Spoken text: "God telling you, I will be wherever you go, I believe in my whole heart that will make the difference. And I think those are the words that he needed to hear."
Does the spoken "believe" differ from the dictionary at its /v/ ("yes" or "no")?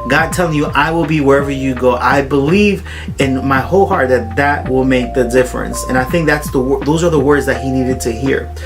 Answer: no